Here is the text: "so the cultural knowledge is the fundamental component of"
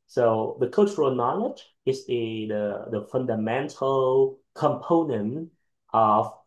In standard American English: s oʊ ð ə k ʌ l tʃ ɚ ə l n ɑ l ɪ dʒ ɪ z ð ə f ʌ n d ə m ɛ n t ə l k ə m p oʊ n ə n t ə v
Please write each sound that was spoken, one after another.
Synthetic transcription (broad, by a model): s oʊ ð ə k ʌ l tʃ ɚ ə l n ɑ l ɪ dʒ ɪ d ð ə f ʌ n d ə m ɛ n t ə l k ə m p oʊ n ə n t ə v